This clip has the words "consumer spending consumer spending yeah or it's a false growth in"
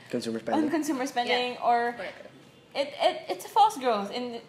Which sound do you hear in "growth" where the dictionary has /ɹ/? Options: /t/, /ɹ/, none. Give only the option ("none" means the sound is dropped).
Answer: /ɹ/